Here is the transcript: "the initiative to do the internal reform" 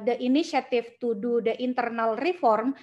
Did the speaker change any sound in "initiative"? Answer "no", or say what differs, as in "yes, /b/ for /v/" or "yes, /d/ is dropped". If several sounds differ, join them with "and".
yes, /f/ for /v/